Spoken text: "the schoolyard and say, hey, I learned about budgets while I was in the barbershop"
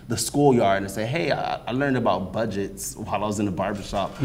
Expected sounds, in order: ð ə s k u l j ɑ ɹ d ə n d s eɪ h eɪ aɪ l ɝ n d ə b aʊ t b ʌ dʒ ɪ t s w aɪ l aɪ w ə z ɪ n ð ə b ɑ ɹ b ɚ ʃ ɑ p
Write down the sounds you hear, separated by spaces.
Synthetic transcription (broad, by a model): ð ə s k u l j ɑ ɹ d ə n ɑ s eɪ h eɪ aɪ l ɝ n d ə b aʊ t b ʌ dʒ ɪ t s w aɪ l aɪ w ə z ɪ n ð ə b ɑ ɹ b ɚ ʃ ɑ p